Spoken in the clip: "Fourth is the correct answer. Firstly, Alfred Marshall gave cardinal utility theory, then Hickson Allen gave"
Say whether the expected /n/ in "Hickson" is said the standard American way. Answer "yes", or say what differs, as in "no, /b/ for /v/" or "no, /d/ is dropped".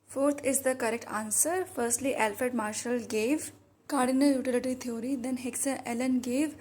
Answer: no, /n/ is dropped